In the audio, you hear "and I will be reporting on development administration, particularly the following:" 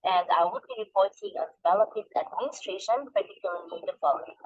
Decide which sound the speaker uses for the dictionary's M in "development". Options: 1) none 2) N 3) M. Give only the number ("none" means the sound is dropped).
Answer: 1